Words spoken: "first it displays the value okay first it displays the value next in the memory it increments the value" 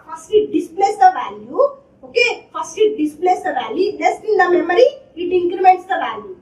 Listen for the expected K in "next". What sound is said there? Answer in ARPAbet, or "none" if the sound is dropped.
none